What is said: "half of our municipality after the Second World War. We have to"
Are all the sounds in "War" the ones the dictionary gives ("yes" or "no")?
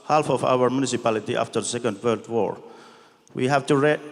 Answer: yes